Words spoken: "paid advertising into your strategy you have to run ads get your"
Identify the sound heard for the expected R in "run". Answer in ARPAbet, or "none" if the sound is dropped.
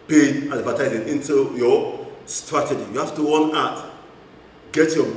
W